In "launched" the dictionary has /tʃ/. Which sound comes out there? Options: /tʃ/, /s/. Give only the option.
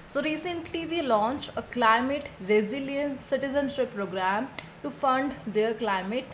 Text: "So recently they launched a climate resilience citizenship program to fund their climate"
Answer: /tʃ/